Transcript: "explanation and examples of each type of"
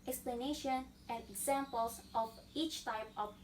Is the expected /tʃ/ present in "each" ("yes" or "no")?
yes